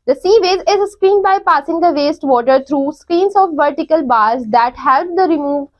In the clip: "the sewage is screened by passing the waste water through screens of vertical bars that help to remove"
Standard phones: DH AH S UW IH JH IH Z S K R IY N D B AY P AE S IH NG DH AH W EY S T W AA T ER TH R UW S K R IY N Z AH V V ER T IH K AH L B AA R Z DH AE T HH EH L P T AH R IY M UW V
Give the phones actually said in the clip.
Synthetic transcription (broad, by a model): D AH S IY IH Z IH Z S K R IY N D B AY P AE S IH NG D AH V EY S T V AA T ER T R UW S K R IY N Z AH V V ER T IH K AH L B AA R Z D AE T HH EH L P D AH R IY M UW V